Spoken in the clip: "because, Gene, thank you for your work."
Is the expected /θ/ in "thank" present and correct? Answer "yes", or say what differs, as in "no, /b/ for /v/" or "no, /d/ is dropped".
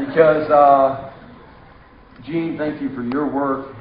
yes